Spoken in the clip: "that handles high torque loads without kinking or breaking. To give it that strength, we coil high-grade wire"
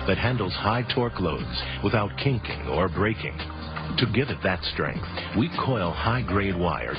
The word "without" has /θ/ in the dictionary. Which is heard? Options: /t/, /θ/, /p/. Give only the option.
/θ/